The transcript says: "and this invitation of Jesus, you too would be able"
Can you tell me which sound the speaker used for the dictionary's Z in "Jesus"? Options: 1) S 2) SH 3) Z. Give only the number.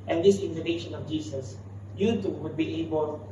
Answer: 1